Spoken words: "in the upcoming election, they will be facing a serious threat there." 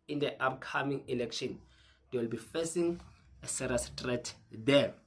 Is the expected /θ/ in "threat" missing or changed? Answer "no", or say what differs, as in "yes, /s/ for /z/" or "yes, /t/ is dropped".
yes, /t/ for /θ/